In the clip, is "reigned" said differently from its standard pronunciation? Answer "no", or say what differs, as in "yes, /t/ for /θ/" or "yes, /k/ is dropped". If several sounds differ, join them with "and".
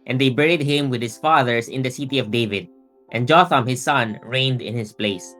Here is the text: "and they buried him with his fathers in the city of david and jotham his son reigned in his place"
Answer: no